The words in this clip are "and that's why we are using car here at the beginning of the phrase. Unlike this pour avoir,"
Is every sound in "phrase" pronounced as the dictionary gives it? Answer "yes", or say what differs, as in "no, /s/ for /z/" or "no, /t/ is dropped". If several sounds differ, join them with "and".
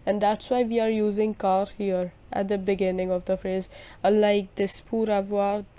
yes